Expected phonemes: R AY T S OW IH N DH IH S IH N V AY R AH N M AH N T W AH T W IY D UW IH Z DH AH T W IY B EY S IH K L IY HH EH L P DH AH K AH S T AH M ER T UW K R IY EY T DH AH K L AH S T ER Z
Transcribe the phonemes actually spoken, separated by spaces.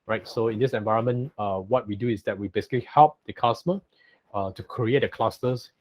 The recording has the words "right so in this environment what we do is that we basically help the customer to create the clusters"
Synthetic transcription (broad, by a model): R AY T S OW IH N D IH S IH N V AY R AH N M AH N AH W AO T W IY D UW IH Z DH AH T W IY B EY S IH K L IY HH EH L P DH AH K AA S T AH M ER T UW K R IY EY T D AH K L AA S T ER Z